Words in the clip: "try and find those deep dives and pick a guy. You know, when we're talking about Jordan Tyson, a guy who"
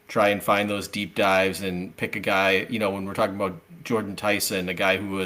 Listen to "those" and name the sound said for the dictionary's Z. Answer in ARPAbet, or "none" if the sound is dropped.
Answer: Z